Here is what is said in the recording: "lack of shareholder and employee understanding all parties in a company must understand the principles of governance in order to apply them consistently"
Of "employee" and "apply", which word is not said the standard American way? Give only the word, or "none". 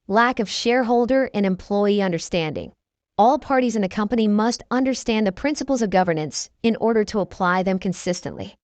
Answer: none